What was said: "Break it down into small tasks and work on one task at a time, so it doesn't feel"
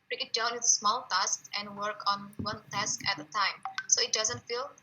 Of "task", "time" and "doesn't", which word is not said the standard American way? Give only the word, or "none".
none